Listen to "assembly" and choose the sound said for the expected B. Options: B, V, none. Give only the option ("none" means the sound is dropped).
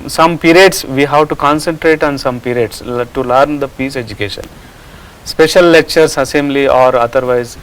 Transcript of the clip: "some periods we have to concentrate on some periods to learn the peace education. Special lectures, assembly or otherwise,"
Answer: none